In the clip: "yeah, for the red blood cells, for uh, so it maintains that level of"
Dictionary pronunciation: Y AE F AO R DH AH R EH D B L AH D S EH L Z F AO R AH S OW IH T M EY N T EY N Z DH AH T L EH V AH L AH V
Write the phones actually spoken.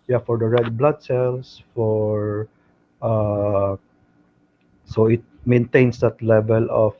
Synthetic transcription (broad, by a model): Y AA F AO R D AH R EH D B L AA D S EH L S F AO R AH S OW IH T M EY N T EY N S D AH T L EH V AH L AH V